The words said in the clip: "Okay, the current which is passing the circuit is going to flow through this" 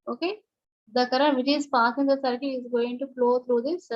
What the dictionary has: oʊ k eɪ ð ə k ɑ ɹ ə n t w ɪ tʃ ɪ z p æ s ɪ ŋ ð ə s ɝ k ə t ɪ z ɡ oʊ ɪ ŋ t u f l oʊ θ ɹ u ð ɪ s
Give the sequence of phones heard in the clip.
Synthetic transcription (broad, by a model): oʊ k eɪ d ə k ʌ ɹ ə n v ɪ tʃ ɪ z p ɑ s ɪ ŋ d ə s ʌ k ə ɪ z ɡ oʊ ɪ ŋ t u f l oʊ t ɹ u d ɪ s